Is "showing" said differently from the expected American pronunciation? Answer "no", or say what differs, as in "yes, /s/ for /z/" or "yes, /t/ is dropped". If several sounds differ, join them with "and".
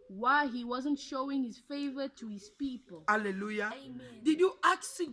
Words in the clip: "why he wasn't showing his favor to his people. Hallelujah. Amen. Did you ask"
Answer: no